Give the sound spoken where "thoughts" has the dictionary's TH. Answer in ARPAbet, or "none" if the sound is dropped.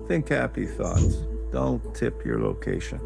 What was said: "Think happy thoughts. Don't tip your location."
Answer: TH